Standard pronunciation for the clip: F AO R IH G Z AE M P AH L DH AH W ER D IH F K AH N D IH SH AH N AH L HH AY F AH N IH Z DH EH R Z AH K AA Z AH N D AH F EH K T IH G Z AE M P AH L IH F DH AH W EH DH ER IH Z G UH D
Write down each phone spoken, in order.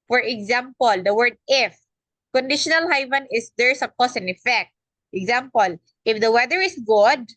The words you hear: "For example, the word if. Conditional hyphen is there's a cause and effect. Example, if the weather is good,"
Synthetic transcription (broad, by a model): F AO R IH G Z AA M P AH L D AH W ER D IH F K AH N D IH SH AH N AH L HH AY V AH N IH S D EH R S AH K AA S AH N AH F EH K T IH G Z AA M P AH L IH F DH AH W EH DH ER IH S G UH D